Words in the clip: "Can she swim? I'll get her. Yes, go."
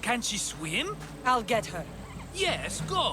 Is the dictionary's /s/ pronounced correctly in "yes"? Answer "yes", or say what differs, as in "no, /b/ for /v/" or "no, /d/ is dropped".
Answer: yes